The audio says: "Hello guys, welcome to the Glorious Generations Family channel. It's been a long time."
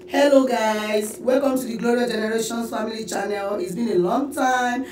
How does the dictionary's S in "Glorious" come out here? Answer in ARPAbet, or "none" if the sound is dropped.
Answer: none